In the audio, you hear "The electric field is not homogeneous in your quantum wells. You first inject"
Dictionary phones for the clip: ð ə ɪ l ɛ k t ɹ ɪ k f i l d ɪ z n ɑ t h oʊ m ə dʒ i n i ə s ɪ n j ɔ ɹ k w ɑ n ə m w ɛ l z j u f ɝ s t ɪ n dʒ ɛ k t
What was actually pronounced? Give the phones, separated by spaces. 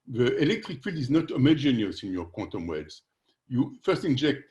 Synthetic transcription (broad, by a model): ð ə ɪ l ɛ k t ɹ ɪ k f i l d ɪ z n ɑ t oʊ m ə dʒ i n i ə s ɪ n j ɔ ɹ k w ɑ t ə m w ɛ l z j u f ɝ s t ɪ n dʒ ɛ k t